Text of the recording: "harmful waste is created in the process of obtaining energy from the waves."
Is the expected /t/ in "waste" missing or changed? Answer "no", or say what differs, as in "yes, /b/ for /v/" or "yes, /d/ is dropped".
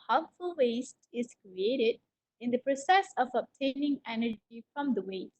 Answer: no